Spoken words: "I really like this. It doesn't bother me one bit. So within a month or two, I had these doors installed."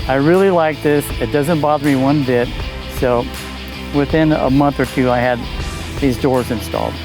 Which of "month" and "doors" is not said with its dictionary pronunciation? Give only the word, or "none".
none